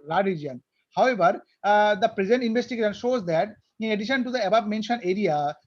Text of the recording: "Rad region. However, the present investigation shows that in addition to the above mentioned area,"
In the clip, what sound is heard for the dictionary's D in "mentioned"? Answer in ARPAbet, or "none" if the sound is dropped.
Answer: none